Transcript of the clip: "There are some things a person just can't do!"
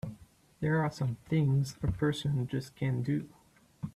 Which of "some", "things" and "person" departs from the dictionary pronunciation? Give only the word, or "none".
none